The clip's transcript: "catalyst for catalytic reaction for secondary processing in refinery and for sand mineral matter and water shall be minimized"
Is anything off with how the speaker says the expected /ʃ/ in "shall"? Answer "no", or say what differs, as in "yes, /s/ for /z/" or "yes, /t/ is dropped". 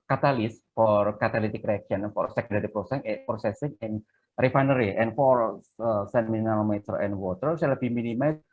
yes, /s/ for /ʃ/